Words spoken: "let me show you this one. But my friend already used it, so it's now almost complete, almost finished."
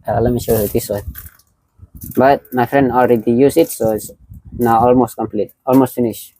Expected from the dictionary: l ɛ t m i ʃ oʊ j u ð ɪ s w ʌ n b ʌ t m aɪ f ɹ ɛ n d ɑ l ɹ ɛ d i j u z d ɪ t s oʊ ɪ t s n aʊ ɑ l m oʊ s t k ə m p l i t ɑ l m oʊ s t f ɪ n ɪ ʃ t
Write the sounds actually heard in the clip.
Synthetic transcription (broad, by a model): l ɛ t m i ʃ oʊ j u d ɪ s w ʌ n b ʌ t m aɪ f ɹ ɛ n d ɑ l ɹ ɛ d i j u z ɪ t s oʊ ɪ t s n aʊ ɑ l m oʊ s t k ə m p l i t ɑ l m oʊ s t f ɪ n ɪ ʃ